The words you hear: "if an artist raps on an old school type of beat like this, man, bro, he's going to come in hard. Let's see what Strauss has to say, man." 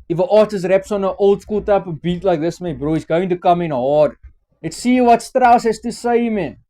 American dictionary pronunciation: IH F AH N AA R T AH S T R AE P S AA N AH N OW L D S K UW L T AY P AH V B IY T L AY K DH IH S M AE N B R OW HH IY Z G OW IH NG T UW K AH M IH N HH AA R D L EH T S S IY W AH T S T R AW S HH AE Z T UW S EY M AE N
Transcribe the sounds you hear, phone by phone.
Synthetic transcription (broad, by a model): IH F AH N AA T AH S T R AE P S AA N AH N OW L D S K UW L T AY P AH V B IY T L AY K DH IH S M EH B R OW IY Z G OW IH NG T UW K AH M IH N HH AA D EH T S S IY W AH T S T R AW S HH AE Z T UW S EY M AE N